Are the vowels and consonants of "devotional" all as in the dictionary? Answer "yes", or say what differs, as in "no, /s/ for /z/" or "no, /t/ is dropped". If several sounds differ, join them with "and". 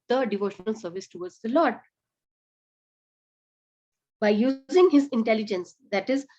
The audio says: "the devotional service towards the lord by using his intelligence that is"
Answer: yes